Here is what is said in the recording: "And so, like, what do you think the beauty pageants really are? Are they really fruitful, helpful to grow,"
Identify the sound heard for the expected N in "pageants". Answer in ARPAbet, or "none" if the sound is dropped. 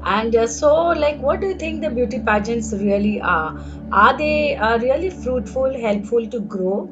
N